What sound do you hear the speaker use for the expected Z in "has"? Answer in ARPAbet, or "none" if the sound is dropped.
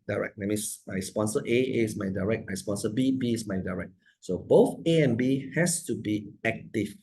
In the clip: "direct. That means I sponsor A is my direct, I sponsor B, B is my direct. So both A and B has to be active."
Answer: S